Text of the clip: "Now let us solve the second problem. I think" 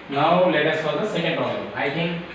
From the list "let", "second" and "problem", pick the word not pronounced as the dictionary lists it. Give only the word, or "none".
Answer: problem